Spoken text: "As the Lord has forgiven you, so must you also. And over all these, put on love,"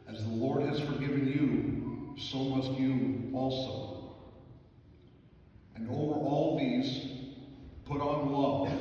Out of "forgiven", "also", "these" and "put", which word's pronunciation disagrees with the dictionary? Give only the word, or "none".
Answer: none